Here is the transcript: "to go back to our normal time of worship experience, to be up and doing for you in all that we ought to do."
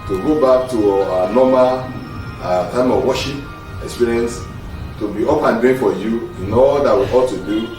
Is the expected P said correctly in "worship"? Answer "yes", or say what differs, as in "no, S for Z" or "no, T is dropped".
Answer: no, P is dropped